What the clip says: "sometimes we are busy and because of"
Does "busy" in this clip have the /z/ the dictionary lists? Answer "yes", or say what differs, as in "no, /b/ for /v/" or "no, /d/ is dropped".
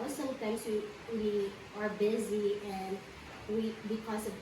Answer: yes